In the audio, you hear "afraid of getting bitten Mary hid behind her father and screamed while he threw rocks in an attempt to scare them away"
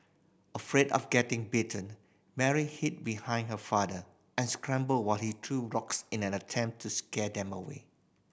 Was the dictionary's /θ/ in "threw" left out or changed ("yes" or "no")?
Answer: yes